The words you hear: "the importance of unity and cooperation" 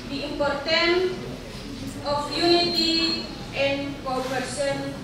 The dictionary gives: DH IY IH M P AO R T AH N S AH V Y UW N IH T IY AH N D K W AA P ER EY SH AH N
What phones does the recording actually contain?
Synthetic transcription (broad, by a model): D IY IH M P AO R T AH N AH F Y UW N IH T IY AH N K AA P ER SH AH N